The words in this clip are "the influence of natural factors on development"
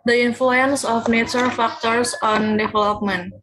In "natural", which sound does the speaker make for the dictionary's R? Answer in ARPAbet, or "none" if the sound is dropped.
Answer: none